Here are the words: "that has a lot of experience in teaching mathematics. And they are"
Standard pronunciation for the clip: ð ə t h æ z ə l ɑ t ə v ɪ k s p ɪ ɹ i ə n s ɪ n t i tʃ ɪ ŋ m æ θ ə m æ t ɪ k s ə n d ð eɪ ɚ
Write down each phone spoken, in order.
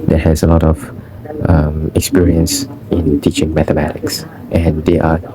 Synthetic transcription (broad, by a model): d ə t h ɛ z ə l ɑ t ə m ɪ k s p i ɹ i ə n s ɪ n t i tʃ ɪ ŋ m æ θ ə m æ t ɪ k s ə n d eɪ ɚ